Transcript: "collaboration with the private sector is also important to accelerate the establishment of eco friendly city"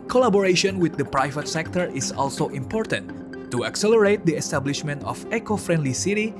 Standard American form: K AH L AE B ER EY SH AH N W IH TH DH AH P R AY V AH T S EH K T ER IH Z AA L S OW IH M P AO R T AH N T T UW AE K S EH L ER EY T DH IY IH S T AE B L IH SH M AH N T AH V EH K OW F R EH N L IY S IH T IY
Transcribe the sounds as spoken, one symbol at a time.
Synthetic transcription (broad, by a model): K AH L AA B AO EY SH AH N W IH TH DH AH P R AY V AH T S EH K T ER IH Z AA L S OW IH M P AO R T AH N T T UW AE K S EH L ER EY T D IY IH S T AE B L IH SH M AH N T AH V EH K OW F R EH N L IY S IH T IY